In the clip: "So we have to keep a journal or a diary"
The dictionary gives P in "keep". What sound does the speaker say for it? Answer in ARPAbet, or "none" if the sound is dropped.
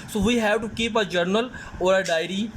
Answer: P